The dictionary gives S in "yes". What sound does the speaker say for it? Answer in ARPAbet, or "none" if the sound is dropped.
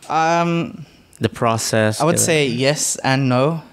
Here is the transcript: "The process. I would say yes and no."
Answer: S